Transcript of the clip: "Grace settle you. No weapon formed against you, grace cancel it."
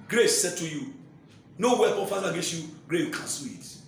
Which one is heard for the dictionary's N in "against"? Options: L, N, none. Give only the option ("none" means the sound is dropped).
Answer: none